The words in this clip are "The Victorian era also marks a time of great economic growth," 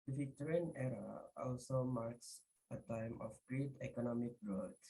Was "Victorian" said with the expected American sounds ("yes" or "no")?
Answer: no